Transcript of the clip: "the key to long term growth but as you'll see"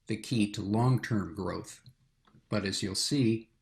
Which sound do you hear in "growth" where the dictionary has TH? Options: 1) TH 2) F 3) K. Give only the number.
1